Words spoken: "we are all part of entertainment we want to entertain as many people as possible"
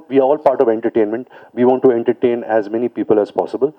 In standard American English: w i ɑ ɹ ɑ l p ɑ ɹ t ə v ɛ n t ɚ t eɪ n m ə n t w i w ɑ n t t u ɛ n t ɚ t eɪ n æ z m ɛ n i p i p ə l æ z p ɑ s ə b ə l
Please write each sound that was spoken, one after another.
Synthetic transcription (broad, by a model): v i ɑ ɹ ɑ l p ɑ ɹ t ə v ɛ n t ɚ t eɪ n m ə n t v i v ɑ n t t u ɛ n t ɚ t eɪ n æ z m ɛ n i p i p ə l æ z p ɑ s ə b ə l